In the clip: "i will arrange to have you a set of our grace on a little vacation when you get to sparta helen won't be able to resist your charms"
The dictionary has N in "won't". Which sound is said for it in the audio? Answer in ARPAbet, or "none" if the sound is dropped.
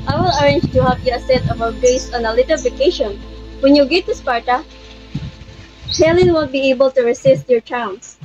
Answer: L